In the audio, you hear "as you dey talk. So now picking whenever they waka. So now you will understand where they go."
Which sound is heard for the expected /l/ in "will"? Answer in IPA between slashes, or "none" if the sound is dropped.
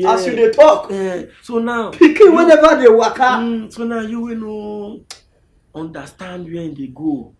/n/